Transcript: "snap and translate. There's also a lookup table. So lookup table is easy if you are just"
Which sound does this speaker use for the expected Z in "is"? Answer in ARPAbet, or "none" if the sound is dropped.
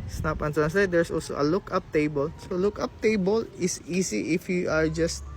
S